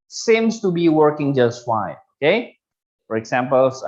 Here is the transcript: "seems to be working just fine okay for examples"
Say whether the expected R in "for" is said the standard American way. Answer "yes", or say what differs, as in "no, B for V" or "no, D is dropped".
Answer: yes